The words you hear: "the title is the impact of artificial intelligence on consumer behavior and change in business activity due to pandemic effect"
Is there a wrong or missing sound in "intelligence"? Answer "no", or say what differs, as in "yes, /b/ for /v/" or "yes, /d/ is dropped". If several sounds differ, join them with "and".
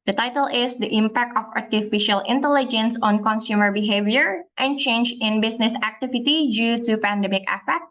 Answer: no